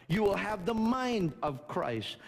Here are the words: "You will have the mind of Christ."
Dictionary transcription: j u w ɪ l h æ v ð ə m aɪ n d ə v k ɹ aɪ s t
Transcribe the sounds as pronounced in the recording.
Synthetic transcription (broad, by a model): j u w ɪ l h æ v ð ə m aɪ n d ə v k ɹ aɪ s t